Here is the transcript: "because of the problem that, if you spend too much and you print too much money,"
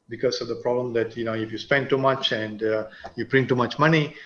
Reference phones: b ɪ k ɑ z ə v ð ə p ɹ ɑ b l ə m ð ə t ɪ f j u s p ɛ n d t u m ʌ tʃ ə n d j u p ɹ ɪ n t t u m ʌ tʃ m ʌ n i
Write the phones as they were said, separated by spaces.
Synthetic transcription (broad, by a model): b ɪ k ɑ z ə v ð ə p ɹ ɑ b l ə m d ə t ɪ f j u s p ɛ n d t u m ʌ tʃ ə n d j u b ɹ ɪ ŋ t t u m ʌ tʃ m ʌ n i